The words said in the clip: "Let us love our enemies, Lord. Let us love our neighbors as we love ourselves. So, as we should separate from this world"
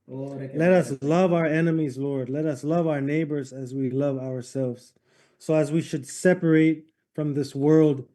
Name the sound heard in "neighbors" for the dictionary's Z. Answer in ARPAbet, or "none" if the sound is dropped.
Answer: Z